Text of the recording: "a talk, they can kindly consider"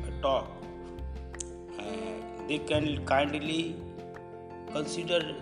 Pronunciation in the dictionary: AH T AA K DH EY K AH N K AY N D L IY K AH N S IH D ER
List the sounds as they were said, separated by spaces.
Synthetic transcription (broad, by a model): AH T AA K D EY K AH N K AY N D L IY K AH N S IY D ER